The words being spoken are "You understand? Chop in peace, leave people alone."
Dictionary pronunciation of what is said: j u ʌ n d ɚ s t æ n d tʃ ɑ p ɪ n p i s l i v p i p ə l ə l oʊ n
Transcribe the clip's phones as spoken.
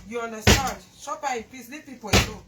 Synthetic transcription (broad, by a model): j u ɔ n d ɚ s t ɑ n d ʃ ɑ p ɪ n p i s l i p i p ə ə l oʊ